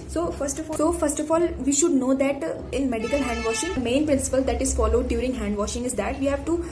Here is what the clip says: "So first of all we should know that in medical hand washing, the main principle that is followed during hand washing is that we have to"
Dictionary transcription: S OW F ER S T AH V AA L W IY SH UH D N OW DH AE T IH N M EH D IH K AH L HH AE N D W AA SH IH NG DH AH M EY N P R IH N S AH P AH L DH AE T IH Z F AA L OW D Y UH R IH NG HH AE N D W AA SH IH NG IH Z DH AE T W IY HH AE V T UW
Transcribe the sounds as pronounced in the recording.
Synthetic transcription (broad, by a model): S OW F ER S T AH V AA L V IY SH UH D N OW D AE T IH N M EH D IH K AH L HH AE N D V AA SH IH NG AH M EY N P R IH N S AH P AH L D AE T IH Z F AA L OW D Y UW R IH NG HH AE N D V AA SH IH NG IH Z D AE T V IY HH AE V T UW